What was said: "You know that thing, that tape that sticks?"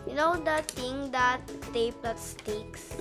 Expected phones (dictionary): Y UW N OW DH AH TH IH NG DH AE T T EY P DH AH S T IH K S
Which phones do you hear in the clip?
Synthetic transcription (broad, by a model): Y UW N OW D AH T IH NG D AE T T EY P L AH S T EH K S